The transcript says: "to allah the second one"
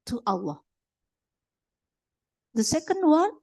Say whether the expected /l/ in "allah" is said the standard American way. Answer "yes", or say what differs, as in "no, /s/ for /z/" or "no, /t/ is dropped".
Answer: no, /w/ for /l/